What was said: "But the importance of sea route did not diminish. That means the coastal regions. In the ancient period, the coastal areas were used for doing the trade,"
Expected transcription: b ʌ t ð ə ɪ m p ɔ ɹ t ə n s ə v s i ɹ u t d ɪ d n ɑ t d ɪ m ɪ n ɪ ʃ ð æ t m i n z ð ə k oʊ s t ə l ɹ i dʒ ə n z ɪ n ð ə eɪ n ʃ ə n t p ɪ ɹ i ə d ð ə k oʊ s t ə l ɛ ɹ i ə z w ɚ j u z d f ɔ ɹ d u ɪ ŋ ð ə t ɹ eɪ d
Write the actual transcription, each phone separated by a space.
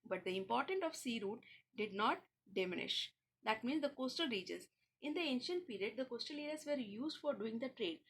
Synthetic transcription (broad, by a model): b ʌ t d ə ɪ m p ɔ ɹ t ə n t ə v s i ɹ u t d ɪ d n ɑ t d ɪ m ɪ n ɪ ʃ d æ t m i n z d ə k oʊ s t ə l ɹ i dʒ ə z ɪ n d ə eɪ n ʃ ə n t p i ɹ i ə d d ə k oʊ s t ə l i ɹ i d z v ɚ j u z d f ɔ ɹ d u ɪ ŋ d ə t ɹ eɪ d